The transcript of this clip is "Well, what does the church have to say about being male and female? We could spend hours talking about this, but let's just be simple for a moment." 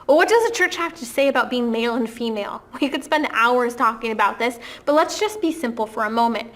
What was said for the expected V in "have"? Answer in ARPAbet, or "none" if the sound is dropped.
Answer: F